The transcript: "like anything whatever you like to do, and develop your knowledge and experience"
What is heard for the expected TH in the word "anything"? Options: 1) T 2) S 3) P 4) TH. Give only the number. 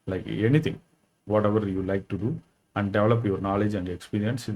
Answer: 1